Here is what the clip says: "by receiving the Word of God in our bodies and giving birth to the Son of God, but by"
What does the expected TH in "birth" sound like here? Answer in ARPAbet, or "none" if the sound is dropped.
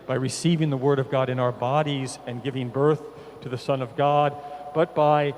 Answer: TH